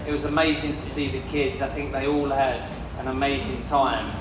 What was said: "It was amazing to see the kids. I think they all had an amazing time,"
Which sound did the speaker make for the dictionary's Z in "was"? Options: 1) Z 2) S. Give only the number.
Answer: 1